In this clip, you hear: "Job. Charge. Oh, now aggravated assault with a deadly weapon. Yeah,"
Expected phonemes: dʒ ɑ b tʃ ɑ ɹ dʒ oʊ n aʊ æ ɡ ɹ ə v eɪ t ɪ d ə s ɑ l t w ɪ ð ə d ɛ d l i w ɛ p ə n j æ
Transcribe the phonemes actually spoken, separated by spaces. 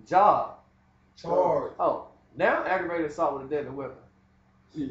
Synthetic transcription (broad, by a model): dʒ ɑ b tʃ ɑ oʊ n aʊ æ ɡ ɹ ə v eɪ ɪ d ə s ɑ t w ɪ ð ə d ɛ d i w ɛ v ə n